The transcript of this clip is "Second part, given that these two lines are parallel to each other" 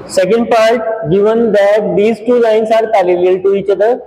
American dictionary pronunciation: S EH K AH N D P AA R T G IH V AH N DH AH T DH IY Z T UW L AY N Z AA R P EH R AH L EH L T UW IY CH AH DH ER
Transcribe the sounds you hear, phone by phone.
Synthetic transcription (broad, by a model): S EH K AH N D P AA R T G IH V AH N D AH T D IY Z T UW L AY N S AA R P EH L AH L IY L T UW IY CH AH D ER